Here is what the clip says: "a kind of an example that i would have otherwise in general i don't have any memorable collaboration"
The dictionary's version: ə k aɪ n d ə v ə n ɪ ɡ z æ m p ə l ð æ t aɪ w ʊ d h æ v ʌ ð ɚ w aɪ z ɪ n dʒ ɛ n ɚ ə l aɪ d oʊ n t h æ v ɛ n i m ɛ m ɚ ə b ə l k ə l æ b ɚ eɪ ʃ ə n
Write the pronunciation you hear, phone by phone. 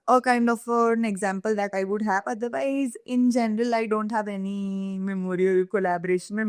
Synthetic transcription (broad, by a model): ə k aɪ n d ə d ə n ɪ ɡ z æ m p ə l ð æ t aɪ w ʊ d h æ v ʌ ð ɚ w aɪ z ɪ n dʒ ɛ n ɚ ə l aɪ d oʊ n t h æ v ɛ n i m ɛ m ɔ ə ə l k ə l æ b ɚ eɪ ʃ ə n